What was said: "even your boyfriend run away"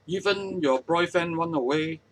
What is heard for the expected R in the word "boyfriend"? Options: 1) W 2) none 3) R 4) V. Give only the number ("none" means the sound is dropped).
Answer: 2